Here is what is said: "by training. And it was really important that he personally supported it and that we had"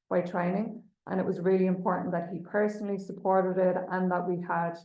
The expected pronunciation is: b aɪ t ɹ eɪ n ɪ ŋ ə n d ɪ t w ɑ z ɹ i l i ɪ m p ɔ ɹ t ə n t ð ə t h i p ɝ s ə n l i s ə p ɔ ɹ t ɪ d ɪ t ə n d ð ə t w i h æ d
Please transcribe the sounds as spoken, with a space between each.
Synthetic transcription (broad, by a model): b aɪ t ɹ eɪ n ɪ ŋ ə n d ɪ t w ɑ z ɹ i l i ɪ m p ɔ ɹ t n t ð ə t h i p ɝ s ə n l i s ə p ɔ ɹ t ɪ d ɪ t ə n ð ə t w i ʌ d